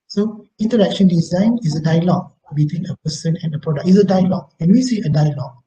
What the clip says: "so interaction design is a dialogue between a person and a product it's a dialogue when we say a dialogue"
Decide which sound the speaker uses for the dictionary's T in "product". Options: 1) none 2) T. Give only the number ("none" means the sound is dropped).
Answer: 1